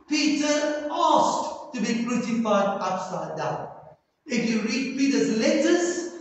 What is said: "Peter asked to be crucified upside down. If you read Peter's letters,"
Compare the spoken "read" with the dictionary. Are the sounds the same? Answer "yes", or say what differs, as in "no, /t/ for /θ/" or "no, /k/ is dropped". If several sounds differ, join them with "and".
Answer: yes